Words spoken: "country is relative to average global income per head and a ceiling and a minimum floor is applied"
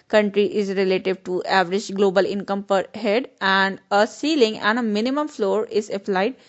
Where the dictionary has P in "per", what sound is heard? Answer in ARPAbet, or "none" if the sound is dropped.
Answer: P